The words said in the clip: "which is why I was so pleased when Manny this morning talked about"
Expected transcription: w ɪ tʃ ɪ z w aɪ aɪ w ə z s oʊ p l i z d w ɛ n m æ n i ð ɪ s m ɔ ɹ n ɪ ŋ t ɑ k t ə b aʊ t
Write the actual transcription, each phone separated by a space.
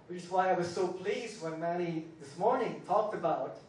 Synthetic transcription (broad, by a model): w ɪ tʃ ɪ s w aɪ aɪ w ə z s oʊ p l i z d w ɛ n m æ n i ð ɪ s m ɔ ɹ n ɪ ŋ t ɑ k t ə b aʊ t